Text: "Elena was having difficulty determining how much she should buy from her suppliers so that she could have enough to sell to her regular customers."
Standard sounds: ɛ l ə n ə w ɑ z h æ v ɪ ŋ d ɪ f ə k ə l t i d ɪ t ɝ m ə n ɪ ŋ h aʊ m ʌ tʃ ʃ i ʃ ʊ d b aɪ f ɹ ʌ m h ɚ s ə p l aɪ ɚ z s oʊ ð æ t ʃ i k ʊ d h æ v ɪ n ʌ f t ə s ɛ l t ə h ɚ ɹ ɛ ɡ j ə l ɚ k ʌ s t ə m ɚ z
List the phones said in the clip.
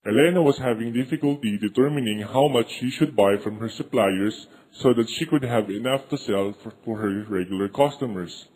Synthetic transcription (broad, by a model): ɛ l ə n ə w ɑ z h æ v ɪ ŋ d ɪ f ə k ə l t i d ɪ t ɝ m ə n ɪ ŋ h aʊ m ʌ tʃ ʃ i ʃ ʊ d b aɪ f ɹ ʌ m h ɚ s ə p l aɪ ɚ s oʊ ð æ t ʃ i k ʊ d h æ v ɪ n ʌ f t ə s ɛ l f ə h ɚ ɹ ɛ ɡ j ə l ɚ k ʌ s t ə m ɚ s